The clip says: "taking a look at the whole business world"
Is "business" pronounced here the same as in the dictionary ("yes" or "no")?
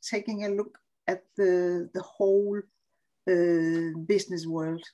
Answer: no